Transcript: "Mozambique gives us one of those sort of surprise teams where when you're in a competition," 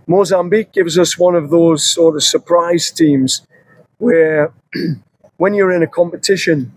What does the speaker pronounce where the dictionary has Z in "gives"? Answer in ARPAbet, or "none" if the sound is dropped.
Z